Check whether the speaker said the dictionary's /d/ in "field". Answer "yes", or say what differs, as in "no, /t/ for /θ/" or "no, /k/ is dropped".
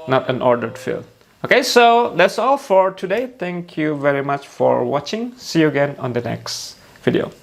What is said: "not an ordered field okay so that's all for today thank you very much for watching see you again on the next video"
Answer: no, /d/ is dropped